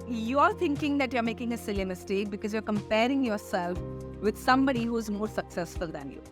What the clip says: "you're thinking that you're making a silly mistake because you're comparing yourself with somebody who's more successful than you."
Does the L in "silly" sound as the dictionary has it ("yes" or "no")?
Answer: yes